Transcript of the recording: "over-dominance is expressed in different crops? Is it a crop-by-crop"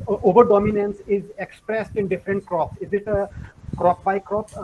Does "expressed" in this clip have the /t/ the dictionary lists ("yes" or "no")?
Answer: yes